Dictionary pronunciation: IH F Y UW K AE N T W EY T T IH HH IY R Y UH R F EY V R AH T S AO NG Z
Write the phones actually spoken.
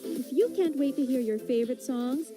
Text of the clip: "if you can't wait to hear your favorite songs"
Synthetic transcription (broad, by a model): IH F Y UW K AE N T W EY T T IH HH IY R Y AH R F EY V R AH T S AO NG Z